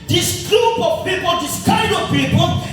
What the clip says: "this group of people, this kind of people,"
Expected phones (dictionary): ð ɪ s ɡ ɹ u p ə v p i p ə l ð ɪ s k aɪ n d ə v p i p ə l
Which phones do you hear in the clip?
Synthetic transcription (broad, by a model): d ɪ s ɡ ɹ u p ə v p i p ə l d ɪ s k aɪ d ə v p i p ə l